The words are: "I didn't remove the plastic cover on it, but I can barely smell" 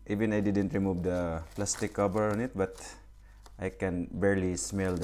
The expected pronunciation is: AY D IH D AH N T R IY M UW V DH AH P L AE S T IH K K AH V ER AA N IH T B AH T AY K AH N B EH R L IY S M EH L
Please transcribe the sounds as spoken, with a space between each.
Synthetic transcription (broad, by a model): AY D IH D AH N T R IY M UW V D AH P L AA S T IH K K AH B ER AA N IH T B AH T AY K AH N B EH R L IY S M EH L